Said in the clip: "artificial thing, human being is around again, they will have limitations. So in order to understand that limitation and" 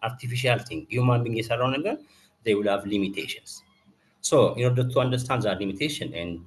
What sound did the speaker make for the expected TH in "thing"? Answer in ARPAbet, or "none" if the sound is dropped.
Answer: T